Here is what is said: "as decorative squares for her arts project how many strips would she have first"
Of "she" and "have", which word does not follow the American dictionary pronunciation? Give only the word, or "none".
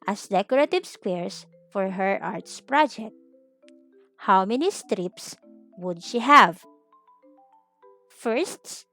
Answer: none